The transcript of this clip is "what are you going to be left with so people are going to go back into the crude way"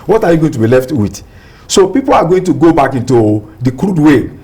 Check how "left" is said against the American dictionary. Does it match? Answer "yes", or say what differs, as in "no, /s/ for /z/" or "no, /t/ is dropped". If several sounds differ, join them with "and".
yes